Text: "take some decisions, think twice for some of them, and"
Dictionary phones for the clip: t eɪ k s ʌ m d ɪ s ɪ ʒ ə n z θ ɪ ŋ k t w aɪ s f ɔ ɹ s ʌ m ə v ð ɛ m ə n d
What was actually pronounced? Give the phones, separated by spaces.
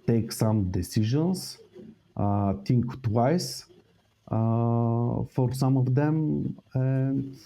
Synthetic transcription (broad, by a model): t eɪ k s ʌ m d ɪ s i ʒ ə n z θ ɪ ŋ k t w aɪ s f ɔ ɹ s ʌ m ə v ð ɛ m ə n